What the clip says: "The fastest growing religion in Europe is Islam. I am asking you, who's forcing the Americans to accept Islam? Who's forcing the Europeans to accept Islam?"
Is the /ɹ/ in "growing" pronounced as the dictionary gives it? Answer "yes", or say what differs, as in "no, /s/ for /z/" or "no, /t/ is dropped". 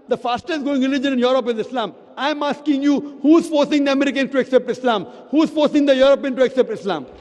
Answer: no, /ɹ/ is dropped